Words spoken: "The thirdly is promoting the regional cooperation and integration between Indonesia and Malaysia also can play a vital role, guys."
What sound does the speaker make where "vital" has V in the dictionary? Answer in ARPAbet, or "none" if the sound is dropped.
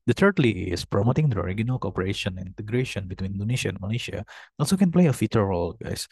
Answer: F